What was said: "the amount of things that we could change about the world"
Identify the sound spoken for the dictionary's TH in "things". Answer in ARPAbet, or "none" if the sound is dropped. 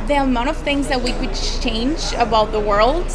TH